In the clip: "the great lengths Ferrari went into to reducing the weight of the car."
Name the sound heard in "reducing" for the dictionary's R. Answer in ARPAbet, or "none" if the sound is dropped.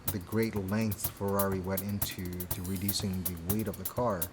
R